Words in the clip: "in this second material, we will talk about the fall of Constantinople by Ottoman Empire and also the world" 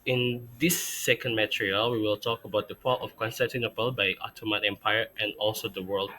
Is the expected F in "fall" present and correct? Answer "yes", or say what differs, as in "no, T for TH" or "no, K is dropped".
no, P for F